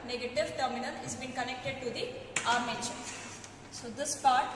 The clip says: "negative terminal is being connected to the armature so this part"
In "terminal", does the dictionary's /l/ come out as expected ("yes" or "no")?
no